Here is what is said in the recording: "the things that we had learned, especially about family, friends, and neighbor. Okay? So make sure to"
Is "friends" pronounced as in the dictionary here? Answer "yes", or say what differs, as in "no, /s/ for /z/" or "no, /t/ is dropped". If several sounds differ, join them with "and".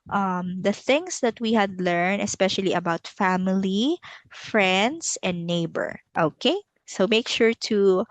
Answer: no, /s/ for /z/